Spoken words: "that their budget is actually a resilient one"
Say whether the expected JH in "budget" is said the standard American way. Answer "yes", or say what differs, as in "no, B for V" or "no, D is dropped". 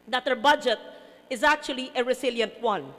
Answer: yes